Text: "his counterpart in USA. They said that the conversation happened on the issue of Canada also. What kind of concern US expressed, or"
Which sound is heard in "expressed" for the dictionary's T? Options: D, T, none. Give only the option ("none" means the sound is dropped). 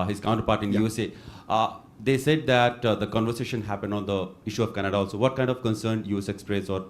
none